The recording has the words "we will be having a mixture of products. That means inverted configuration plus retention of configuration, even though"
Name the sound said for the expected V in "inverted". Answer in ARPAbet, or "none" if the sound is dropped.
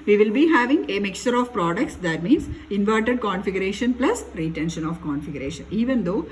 V